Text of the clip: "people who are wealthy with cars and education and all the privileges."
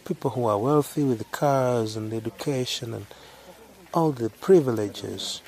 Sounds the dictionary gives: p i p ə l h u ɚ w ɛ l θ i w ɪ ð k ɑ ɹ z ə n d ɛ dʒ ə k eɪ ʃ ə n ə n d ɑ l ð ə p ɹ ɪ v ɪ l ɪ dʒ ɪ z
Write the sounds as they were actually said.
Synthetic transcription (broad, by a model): p i p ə l h u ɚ w ɛ l θ i w ɪ ð k ɑ ɹ z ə n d ɛ dʒ ə k eɪ ʃ ə n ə n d ɑ l ð ə p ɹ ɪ v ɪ l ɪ dʒ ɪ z